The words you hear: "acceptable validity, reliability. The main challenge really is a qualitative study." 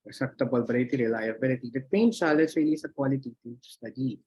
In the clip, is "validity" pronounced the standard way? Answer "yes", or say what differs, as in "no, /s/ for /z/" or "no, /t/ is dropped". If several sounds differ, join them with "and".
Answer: no, /b/ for /v/